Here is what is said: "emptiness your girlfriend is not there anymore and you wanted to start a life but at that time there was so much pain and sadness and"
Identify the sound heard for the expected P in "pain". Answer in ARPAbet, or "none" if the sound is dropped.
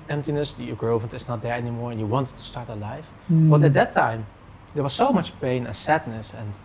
P